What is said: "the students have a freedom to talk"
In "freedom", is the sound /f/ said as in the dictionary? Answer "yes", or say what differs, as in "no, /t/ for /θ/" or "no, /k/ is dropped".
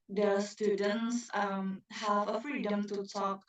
yes